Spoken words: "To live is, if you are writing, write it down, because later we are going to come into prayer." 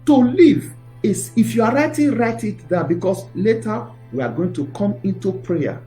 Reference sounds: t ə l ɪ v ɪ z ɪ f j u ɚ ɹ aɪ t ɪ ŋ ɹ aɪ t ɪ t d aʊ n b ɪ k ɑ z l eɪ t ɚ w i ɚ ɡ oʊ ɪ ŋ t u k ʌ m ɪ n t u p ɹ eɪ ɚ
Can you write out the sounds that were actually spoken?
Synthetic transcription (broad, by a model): t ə l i v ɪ s ɪ f j u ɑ ɹ aɪ t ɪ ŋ ɹ aɪ t ɪ t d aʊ b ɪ k ɑ s l eɪ t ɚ w i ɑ ɡ oʊ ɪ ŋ t u k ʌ m ɪ n t u p ɹ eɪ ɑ